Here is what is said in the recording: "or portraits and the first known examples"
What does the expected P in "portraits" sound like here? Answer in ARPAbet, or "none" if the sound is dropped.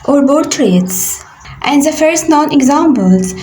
B